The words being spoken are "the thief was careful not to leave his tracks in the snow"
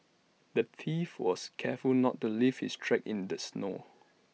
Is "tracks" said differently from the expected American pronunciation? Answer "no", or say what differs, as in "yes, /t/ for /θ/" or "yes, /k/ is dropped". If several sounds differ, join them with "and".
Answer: yes, /s/ is dropped